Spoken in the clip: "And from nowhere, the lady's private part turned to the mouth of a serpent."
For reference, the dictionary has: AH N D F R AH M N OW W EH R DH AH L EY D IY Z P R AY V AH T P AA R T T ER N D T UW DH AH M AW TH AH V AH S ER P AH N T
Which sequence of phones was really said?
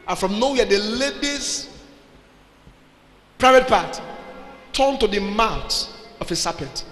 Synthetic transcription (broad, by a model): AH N F R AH M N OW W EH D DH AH L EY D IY S P R AY V AH T P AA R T T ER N T UW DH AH M AW T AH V AH S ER P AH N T